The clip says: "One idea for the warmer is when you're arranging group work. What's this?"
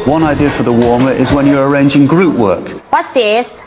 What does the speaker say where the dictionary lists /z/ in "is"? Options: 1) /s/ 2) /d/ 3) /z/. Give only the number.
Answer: 3